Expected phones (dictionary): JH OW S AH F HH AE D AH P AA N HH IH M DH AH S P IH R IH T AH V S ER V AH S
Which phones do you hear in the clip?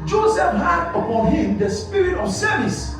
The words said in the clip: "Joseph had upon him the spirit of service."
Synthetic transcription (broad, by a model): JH OW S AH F HH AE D AH P AA N HH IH M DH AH S P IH R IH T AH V S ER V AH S